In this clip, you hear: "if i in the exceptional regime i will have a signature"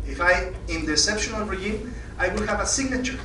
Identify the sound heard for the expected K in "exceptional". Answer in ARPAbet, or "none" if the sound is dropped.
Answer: none